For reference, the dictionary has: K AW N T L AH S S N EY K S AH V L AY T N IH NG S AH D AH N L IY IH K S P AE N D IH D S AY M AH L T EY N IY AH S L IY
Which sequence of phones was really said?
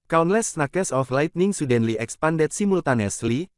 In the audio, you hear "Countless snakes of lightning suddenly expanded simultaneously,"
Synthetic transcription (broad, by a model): K AW N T L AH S S N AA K S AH F L AY T N IH NG S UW D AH N L IY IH K S P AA N D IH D S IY M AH L T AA N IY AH S L IY